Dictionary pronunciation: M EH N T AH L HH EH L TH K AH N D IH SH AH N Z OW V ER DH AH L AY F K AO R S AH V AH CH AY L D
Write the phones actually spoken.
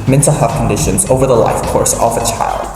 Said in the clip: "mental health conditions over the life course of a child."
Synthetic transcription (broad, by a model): M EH N T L HH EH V K AH N D IH SH AH N Z OW V ER DH AH L AY F K AO R S AH V AH CH AY L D